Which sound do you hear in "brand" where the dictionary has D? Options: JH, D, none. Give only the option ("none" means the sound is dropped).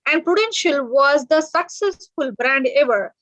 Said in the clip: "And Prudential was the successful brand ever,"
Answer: D